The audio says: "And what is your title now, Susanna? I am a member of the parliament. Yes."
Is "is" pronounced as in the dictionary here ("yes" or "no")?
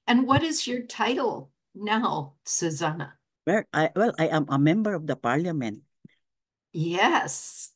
yes